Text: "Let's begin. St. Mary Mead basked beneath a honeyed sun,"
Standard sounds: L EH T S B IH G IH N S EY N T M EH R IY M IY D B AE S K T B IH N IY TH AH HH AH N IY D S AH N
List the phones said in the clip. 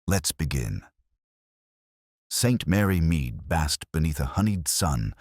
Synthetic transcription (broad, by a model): L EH T S B IH G IH N S EY N T M EH R IY M IY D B AE S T B IH N IY TH AH HH AH N IY D S AH N